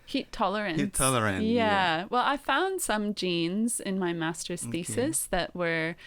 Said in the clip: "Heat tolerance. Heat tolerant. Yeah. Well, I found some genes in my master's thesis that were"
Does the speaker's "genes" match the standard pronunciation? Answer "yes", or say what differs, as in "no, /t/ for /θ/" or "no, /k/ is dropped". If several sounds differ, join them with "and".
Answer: yes